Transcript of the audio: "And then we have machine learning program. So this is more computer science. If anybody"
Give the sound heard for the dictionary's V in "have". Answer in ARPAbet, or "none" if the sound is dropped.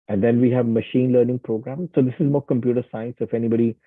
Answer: V